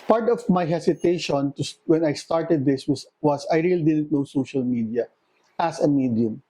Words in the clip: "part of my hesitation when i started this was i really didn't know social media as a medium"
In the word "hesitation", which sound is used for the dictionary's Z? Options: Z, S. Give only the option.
S